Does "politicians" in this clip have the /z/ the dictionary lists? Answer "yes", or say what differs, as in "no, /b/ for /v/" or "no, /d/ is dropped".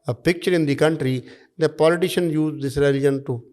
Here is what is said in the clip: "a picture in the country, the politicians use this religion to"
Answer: no, /z/ is dropped